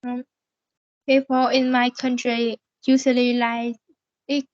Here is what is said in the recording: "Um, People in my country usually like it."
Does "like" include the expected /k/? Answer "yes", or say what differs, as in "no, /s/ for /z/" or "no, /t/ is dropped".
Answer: no, /k/ is dropped